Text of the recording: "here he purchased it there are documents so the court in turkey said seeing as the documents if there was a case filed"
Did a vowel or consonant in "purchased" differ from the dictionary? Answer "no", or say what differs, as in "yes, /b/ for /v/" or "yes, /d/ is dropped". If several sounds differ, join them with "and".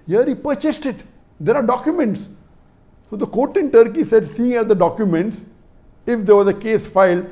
no